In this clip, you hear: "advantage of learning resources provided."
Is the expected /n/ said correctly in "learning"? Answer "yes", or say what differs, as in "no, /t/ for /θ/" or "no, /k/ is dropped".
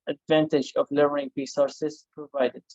no, /n/ is dropped